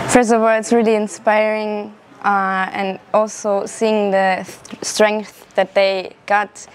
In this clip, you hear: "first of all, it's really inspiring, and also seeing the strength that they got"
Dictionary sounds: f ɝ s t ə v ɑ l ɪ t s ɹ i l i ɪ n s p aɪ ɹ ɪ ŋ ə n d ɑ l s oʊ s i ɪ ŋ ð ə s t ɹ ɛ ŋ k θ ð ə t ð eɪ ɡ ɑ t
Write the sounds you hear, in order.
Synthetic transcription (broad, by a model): f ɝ s t ə v ɑ l ɪ t s ɹ i l i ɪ n s p aɪ ɹ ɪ ŋ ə n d ɑ l s oʊ s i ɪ ŋ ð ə s t ɹ ɛ ŋ k θ ð ə t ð eɪ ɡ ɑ t